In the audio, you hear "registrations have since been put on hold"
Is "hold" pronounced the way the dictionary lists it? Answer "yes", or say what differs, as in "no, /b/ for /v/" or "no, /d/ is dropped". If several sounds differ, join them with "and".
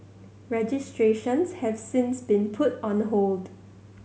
yes